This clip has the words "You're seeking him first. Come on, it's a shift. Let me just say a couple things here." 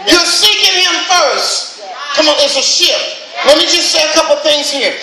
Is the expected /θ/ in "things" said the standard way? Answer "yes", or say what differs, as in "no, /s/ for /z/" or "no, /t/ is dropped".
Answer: yes